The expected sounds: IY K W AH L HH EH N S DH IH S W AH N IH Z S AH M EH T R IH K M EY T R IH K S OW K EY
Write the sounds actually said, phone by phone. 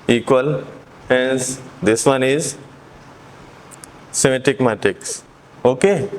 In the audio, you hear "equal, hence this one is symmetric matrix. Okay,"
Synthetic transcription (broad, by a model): IY K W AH L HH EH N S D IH S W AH N IH Z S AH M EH T IH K M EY T IH K S OW K EY